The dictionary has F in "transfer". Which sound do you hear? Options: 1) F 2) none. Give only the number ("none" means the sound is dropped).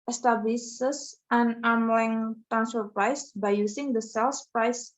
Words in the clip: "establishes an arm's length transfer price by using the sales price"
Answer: 2